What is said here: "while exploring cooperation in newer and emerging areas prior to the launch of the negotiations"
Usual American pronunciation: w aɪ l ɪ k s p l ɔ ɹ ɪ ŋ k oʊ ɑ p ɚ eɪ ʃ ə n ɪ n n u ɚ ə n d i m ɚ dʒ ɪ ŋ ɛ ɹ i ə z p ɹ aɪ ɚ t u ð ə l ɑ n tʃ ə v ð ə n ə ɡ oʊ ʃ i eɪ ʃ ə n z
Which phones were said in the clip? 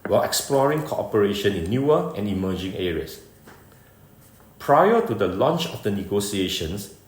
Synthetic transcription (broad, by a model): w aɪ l ɪ k s p l ɔ ɹ ɪ ŋ k oʊ ɑ p ɚ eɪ ʃ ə n ɪ n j u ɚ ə n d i m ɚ dʒ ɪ ŋ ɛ ɹ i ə s p ɹ aɪ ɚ t u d ə l ɑ n tʃ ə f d ə n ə ɡ oʊ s i eɪ ʃ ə n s